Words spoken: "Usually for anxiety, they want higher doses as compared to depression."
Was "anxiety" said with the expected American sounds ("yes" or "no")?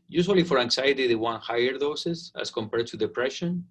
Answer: no